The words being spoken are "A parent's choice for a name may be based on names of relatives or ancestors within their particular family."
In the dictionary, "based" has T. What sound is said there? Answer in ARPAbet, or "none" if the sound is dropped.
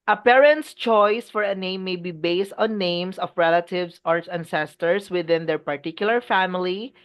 T